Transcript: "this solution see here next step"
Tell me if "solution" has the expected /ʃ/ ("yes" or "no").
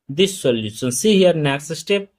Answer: no